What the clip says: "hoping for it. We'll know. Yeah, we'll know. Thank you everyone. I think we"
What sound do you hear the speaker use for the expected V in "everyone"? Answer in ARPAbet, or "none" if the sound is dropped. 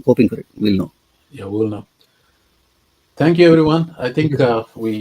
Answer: V